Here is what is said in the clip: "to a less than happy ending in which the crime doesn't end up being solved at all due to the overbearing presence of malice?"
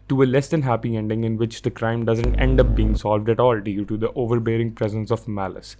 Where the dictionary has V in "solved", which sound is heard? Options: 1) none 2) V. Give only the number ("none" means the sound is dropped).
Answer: 2